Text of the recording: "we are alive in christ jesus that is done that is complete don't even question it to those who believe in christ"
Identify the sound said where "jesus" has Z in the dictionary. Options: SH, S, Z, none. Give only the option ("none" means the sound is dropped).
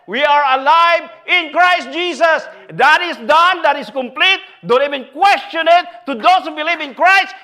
S